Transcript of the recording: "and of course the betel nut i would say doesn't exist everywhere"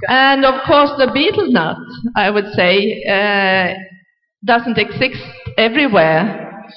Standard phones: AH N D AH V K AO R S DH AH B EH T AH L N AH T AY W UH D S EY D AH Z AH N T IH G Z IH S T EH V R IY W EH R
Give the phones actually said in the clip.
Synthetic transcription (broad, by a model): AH N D AH V K AO R S DH AH B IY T L N AH T AY W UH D S EY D AH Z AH N T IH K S IH S T EH V R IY W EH R